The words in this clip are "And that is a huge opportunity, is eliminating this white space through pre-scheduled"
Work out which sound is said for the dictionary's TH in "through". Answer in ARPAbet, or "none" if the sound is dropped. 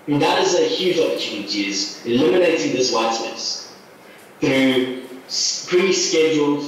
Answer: TH